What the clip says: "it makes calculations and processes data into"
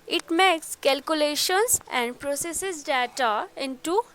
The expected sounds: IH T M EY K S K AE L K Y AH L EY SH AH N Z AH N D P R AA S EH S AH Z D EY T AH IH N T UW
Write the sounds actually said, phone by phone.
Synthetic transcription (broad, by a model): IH T M EY K S K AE L K Y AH L EY SH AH N S AH N D P R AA S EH S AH S D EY T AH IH N T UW